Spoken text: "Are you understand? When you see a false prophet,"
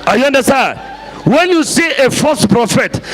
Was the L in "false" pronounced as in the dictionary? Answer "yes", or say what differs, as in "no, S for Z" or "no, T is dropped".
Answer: no, L is dropped